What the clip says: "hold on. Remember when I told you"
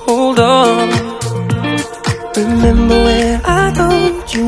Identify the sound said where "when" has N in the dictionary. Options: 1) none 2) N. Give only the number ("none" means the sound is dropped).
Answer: 1